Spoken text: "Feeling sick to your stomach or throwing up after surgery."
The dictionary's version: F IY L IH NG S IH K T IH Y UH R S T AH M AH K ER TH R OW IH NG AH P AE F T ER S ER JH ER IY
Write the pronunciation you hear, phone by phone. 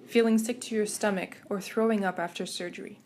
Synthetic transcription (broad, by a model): F IY L IH NG S IH K T IH Y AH R S T AH M AH K ER TH R OW IH NG AH P AE F T ER S ER JH ER IY